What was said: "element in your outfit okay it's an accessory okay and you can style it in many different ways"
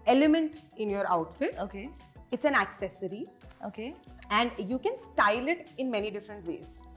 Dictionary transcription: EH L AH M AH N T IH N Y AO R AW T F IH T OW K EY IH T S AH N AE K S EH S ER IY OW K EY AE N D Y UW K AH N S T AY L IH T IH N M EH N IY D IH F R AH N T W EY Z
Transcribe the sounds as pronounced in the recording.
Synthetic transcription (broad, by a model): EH L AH M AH N T IH N Y AO R AW T F IH T OW K EY IH T S AH N AE K S EH S ER IY OW K EY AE N D Y UW K AH N S T AY L IH T IH N M EH N IY D IH F R AH N T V EY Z